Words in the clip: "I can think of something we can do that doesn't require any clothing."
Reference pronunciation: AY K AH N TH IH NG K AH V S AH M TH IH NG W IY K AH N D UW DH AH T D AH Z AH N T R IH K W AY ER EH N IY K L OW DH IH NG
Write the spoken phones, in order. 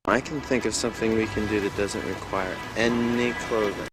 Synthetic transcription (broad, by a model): AY K N TH IH NG K AH V S AH M TH IH NG W IY K AH N D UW DH AH T D AH Z AH N T R IH K W AY ER EH N IY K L OW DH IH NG